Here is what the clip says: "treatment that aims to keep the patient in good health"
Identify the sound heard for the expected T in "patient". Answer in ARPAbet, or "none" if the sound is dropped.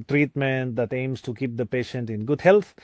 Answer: T